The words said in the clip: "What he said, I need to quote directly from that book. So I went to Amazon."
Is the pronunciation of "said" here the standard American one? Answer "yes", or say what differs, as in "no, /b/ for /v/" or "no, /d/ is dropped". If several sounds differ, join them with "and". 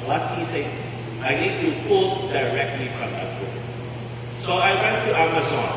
no, /d/ is dropped